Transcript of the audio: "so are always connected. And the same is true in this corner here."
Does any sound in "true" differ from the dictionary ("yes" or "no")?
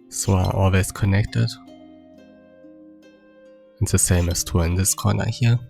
yes